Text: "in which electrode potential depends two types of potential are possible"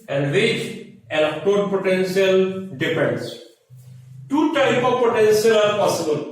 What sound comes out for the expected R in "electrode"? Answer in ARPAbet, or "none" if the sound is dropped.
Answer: none